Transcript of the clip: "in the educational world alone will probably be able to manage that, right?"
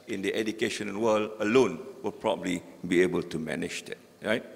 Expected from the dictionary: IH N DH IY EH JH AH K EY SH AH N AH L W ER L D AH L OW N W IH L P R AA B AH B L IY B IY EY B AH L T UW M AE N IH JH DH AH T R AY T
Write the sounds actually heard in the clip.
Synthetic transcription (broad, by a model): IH N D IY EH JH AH K EY SH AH N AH N W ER L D AH L OW N W IH L P R AA B AH B L IY B IY EY B AH L T UW M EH N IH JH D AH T R AY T